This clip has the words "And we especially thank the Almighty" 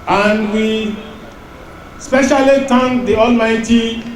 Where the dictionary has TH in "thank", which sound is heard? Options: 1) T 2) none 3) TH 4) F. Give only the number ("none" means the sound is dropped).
1